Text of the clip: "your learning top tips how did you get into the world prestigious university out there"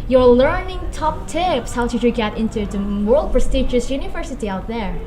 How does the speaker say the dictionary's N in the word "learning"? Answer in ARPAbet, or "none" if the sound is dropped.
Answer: N